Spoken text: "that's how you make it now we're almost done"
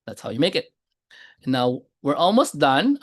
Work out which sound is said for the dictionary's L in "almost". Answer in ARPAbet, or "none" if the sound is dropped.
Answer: L